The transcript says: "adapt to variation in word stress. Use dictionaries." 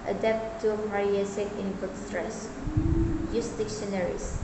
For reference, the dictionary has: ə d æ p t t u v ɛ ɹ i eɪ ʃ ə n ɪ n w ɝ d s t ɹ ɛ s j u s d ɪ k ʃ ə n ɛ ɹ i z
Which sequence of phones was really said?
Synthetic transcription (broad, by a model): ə d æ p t t u p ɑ ɹ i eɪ s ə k ɪ n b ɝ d s t ɹ ɛ s j u s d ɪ k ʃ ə n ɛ ɹ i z